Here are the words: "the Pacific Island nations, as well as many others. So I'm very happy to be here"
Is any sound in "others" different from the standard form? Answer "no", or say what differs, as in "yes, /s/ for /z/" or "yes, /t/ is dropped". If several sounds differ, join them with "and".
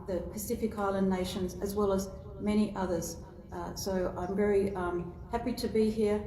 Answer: no